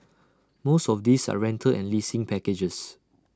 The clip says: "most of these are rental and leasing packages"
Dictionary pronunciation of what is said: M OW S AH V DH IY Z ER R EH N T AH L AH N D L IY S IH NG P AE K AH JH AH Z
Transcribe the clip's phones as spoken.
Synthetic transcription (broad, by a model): M OW S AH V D IY S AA R EH N T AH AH N L IY S IH NG P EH K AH JH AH S